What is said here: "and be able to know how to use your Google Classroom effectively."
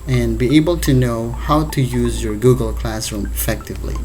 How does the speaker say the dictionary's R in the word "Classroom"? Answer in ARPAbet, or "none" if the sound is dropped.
R